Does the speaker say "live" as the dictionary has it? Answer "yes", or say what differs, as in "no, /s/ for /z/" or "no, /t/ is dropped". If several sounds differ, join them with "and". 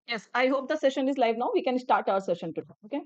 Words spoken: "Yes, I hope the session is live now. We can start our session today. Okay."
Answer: yes